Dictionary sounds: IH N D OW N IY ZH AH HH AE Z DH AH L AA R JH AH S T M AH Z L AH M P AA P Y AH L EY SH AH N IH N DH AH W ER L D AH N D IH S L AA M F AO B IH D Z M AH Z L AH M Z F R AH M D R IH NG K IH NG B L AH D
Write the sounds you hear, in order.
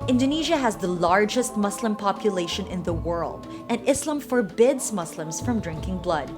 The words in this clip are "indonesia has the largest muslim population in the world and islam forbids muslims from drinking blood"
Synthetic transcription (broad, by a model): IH N D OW N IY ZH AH HH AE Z DH AH L AA R JH AH S T M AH S L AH M P AA P Y AH L EY SH AH N IH N DH AH W ER L D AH N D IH S L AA M F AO B IH D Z M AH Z L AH M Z F R AH M D R IH NG K IH NG B L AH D